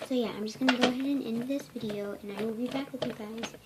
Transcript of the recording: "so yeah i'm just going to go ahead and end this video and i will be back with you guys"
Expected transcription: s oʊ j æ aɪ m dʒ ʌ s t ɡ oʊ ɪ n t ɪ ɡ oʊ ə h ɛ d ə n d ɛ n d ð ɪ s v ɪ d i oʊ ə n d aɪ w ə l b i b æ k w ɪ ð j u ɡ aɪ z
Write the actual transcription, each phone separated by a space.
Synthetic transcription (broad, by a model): s oʊ j æ aɪ m dʒ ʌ s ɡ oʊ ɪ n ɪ ɡ oʊ ə h ɛ d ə n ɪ n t ð ɪ s v ɪ d i oʊ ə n aɪ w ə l b i b æ k w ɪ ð j u ɡ aɪ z